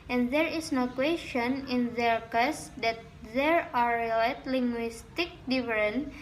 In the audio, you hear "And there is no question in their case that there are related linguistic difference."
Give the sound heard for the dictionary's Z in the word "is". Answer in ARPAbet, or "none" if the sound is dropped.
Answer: S